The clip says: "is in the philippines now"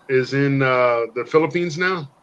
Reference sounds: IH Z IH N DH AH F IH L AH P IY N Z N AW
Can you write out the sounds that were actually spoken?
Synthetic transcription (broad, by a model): IH Z IH N DH AH F IH L AH P IY N Z N AW